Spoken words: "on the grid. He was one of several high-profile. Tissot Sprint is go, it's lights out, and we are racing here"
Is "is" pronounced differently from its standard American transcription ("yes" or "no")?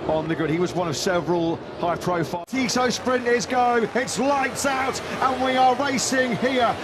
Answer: no